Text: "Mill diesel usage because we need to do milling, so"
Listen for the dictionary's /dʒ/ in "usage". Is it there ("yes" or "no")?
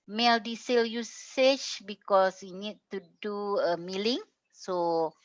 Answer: no